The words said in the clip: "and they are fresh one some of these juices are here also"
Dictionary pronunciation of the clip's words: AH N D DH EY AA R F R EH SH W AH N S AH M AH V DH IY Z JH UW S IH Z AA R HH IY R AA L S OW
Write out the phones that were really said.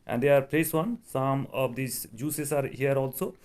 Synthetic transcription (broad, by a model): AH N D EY AA R P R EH S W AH N S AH M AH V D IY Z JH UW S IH S AA R HH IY R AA L S OW